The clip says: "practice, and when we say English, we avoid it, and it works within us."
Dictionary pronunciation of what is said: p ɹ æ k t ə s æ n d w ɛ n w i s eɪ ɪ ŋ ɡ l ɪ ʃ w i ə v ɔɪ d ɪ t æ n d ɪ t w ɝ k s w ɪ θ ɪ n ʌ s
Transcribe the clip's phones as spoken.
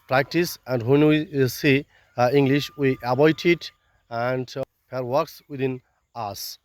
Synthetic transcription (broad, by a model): p ɹ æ k t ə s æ n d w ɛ n w i s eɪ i ŋ ɡ l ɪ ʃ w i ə b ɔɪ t ɪ t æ n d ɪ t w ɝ k s w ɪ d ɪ n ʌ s